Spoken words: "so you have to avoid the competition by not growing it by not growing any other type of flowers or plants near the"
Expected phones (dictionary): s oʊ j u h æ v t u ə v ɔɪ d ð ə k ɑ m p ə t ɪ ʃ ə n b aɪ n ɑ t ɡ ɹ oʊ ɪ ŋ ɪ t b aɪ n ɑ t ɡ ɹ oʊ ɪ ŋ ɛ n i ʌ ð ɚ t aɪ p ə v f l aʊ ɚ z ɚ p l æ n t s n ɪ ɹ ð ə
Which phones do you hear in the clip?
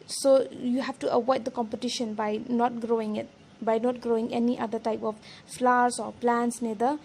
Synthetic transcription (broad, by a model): s oʊ j u h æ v t u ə w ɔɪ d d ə k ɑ m p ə t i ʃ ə n b aɪ n ɑ t ɡ ɹ oʊ ɪ ŋ ɪ t b aɪ n ɑ t ɡ ɹ oʊ ɪ ŋ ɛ n i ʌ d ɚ t aɪ p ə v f l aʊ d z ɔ p l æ n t s n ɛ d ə